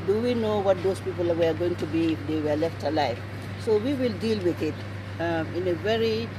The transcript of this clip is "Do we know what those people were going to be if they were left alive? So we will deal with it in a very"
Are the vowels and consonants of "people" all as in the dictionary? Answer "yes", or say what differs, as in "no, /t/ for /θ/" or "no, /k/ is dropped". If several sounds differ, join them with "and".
yes